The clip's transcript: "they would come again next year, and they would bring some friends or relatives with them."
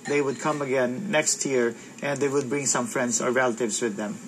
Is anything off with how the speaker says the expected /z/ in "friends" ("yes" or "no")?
yes